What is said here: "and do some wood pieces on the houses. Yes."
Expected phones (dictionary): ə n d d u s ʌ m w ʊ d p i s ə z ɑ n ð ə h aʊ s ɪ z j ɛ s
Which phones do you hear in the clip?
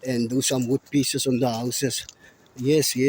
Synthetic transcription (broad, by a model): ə n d d u s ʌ m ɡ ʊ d p i s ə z ɑ n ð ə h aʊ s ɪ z j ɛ s